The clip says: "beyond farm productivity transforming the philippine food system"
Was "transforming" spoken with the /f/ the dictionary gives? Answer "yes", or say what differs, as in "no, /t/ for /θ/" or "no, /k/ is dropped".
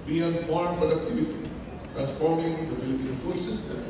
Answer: no, /p/ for /f/